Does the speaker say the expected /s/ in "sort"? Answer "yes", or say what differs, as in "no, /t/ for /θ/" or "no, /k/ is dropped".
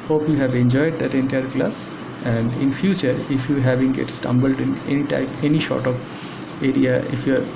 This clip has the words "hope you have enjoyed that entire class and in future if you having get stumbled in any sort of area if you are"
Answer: no, /ʃ/ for /s/